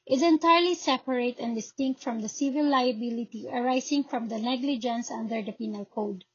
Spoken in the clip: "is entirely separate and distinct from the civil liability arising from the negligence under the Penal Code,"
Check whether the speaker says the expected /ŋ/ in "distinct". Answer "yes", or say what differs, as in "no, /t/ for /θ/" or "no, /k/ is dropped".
yes